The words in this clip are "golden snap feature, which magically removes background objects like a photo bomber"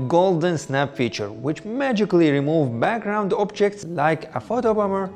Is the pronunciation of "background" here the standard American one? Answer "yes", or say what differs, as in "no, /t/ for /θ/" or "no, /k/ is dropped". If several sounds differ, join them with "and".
yes